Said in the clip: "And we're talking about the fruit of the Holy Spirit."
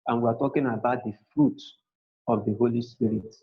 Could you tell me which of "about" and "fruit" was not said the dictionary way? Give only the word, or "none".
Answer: none